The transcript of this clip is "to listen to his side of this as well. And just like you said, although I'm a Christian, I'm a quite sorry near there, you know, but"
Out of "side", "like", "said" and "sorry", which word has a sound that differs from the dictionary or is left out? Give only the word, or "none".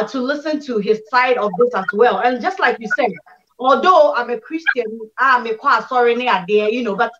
none